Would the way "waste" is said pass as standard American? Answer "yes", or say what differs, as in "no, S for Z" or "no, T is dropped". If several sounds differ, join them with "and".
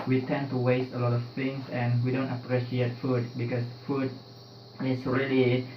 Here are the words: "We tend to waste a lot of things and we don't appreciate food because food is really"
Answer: yes